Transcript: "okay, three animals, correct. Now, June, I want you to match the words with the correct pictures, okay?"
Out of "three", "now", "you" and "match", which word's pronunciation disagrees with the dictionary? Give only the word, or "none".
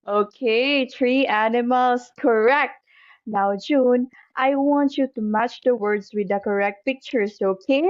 three